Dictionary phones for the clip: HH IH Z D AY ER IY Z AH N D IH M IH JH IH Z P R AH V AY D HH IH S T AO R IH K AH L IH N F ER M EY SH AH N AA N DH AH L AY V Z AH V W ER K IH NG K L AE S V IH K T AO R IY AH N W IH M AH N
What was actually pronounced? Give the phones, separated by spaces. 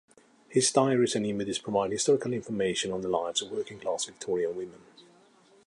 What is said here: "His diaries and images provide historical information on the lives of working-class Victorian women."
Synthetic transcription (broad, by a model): HH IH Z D AY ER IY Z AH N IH M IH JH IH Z P R AH V AY D HH IH S T AO R IH K AH L IH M F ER M EY SH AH N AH N DH AH L AY V Z AH V W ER K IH NG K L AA S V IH K T AO R IY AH L W IH M AH N